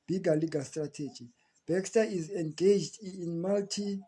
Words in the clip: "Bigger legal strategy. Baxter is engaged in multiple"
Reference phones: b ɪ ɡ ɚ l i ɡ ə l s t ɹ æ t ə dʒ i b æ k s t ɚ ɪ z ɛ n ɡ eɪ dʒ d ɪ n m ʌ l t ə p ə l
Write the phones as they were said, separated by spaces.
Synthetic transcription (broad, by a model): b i ɡ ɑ l i ɡ ə l s t ɹ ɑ t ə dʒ i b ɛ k s t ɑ ɪ z ɛ n ɡ eɪ dʒ d n m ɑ l t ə